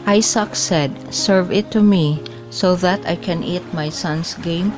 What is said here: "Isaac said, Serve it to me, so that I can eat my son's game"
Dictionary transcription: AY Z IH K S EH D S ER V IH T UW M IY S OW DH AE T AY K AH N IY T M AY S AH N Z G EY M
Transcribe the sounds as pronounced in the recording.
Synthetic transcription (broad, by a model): AY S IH K S EH D S ER V IH T UW M IY S OW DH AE T AY K AH N IY T M AY S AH N S G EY M